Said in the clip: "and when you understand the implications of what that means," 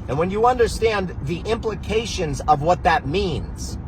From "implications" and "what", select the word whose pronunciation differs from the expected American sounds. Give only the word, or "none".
none